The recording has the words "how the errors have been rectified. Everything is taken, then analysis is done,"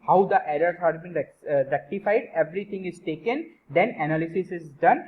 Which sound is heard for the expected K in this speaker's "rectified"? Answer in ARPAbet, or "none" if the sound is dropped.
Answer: K